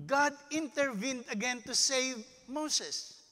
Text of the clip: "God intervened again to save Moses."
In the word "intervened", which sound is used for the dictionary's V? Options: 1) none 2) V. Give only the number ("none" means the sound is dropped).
2